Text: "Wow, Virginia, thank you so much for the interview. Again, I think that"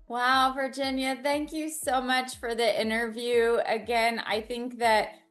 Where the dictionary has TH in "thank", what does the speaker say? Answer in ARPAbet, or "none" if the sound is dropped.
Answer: TH